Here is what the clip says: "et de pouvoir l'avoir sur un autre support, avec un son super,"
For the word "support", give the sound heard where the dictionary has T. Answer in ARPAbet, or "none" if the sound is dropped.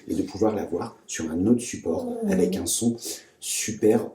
none